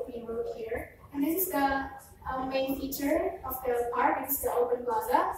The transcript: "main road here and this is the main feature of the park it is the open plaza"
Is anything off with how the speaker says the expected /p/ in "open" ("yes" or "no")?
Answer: yes